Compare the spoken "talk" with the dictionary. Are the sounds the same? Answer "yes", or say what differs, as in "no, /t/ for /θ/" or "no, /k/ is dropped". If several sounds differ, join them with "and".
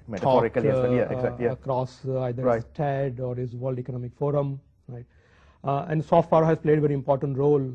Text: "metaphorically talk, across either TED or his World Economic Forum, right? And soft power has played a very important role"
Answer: no, /s/ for /t/